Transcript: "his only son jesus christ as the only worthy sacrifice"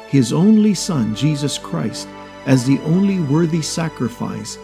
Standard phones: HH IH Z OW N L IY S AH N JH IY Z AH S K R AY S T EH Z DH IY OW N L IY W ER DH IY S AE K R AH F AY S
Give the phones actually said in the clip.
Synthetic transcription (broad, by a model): HH IH Z OW N L IY S AH N JH IY Z AH S K R AY S T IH Z DH IY OW N L IY W ER DH IY S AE K R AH F AY S